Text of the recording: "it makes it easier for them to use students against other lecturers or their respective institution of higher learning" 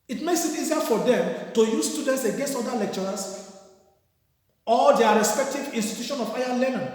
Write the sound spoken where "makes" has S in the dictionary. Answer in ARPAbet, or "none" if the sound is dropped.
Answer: S